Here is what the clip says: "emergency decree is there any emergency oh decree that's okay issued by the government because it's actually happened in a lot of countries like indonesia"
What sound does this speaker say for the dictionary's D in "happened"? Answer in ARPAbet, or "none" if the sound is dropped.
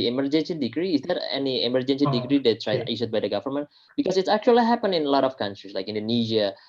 none